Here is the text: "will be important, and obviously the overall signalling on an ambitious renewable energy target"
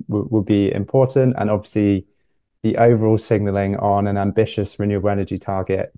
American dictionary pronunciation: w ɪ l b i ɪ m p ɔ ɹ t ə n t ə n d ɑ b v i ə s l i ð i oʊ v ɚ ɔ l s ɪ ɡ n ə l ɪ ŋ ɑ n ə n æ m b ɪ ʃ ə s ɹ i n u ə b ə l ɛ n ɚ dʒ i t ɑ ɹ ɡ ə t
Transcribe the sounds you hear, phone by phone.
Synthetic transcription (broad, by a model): w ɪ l b i ɪ m p ɔ t n t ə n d ɑ b v i ə s l i ð i oʊ v ɚ ɔ l s ɪ ɡ n ə l ɪ ŋ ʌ n ə n æ m b ɪ ʃ ə s ɹ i n u ə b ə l ɛ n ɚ dʒ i t ɑ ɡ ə t